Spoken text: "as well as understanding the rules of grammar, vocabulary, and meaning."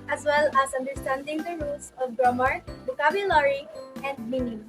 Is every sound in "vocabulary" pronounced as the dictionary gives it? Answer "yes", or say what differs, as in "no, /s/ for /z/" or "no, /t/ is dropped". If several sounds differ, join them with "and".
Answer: no, /b/ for /v/